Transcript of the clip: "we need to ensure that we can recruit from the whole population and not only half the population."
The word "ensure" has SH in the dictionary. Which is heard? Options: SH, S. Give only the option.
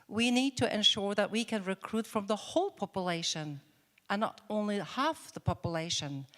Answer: SH